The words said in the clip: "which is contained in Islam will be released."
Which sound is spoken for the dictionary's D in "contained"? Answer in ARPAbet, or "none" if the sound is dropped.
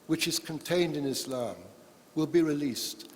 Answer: D